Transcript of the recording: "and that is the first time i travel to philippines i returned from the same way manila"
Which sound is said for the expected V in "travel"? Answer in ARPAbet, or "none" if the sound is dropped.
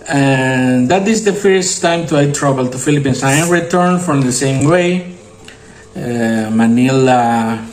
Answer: B